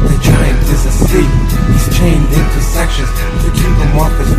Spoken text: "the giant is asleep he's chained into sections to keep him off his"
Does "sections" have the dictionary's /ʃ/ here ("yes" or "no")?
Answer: yes